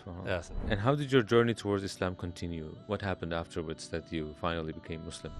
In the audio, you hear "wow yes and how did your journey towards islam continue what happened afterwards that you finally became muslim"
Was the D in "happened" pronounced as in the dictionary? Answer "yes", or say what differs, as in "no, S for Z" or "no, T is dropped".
yes